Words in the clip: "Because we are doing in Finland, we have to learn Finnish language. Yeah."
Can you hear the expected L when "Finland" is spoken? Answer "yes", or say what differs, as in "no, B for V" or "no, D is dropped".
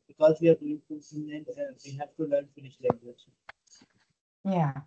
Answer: no, L is dropped